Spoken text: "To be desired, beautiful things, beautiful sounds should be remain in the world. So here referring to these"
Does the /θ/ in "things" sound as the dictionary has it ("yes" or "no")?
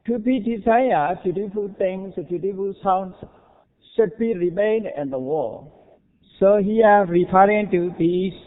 no